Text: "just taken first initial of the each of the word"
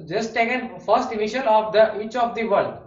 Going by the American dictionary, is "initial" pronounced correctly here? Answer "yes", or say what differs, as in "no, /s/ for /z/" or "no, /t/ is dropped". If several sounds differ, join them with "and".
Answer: no, /n/ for /l/